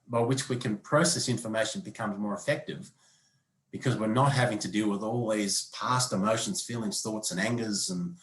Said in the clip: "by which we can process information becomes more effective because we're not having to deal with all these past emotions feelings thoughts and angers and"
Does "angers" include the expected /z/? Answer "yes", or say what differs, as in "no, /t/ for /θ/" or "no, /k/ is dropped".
yes